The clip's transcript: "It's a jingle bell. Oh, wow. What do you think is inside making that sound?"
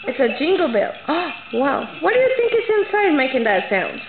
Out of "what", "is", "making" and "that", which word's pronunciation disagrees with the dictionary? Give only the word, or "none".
is